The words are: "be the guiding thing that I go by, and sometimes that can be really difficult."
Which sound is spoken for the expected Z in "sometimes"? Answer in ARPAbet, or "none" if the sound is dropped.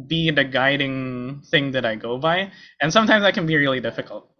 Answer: Z